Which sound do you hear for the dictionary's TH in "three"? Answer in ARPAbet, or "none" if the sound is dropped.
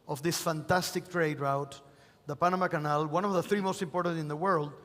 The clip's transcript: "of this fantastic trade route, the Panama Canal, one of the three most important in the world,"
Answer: TH